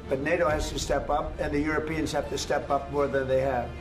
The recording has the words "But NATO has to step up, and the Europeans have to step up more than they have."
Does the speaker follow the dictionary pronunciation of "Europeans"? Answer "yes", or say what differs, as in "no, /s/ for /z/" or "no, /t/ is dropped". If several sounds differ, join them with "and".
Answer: yes